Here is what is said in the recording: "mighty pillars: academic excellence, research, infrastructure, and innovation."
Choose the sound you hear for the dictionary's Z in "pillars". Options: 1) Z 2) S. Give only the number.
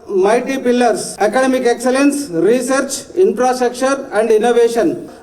2